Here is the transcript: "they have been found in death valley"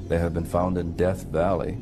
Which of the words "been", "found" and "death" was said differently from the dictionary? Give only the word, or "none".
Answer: none